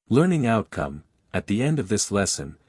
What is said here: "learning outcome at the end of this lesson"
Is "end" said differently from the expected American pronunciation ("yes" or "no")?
no